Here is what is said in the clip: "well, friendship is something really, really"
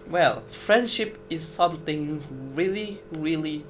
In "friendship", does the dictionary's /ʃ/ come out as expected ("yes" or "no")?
yes